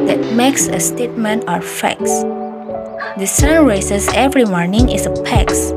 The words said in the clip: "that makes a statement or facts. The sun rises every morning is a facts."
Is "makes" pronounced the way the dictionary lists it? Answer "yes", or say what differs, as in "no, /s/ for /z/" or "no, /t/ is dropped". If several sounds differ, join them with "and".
yes